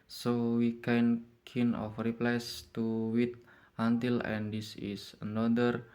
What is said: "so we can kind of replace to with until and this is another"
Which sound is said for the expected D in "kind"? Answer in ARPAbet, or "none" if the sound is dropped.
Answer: none